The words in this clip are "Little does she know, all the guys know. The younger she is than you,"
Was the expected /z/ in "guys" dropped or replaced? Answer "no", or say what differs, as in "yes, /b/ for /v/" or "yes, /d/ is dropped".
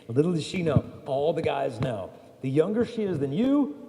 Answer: no